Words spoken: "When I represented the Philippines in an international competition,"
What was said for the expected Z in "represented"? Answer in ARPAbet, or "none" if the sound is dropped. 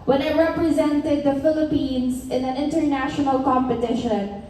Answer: Z